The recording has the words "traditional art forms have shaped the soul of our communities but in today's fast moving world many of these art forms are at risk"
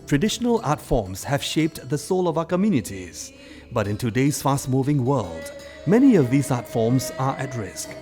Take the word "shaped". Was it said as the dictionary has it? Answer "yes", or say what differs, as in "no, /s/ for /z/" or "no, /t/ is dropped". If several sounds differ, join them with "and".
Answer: yes